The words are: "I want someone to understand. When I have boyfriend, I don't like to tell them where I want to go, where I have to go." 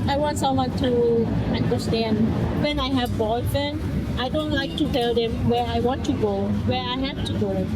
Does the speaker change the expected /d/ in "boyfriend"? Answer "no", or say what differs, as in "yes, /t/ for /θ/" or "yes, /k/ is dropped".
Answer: yes, /d/ is dropped